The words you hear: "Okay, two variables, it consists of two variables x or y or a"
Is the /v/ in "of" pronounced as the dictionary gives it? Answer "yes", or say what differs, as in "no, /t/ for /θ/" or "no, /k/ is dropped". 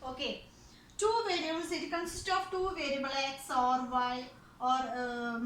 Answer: no, /p/ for /v/